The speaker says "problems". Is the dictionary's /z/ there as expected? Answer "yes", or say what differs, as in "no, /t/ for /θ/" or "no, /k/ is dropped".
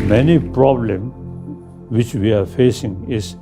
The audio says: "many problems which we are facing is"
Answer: no, /z/ is dropped